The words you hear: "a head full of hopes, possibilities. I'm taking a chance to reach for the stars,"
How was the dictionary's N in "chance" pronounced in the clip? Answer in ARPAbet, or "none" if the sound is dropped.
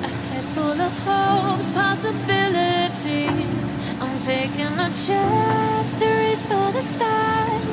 none